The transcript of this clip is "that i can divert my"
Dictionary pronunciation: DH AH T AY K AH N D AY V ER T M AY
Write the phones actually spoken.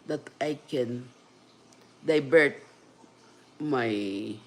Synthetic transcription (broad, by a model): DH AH T AY K AH N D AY B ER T M AY